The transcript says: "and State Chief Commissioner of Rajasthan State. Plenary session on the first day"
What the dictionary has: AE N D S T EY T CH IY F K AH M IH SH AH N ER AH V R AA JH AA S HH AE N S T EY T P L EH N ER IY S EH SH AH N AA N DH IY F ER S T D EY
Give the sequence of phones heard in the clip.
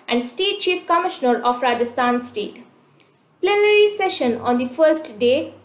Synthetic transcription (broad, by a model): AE N D S T EY T CH IY F K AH M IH SH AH N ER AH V R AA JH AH S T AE N S T EY T P L EH N ER IY S EH SH AH N AA N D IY F ER S T D EY